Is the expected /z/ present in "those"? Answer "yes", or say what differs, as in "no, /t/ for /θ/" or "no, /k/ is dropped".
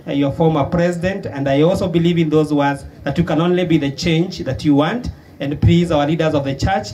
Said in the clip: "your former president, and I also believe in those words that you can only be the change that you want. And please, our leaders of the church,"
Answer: yes